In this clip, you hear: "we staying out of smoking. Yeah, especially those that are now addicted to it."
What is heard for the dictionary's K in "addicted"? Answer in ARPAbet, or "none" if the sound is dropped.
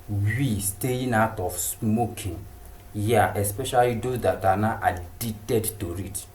none